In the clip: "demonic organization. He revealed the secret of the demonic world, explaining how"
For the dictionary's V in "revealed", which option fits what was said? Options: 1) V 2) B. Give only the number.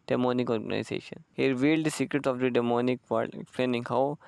1